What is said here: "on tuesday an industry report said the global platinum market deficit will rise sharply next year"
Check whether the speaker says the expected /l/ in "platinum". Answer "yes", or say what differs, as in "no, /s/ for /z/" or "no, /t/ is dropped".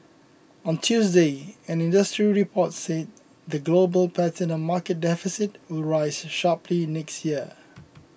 no, /l/ is dropped